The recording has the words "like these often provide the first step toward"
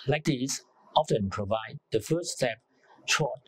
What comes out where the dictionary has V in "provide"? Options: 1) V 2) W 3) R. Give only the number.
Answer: 1